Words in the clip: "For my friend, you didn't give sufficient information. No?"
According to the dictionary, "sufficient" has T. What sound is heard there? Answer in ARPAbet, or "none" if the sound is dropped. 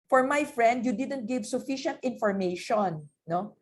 T